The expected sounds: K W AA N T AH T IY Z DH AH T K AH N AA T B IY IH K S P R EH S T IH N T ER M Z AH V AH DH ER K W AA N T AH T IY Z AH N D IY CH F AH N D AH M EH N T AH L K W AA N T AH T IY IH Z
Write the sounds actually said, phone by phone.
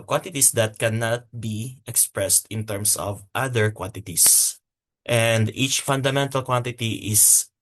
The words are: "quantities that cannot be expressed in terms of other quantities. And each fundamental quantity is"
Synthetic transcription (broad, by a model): K W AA N T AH T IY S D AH T K AH N AA T B IY IH K S P R EH S T IH N T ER M S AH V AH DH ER K W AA N T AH T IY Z AH N D IY CH F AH N D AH M EH N T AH L K W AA N T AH T IY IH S